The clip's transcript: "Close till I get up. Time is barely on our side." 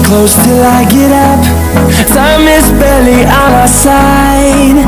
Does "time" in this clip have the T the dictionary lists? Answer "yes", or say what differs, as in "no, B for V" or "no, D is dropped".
no, S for T